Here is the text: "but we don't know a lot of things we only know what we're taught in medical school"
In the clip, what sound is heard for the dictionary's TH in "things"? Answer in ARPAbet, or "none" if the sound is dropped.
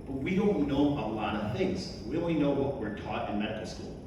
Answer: TH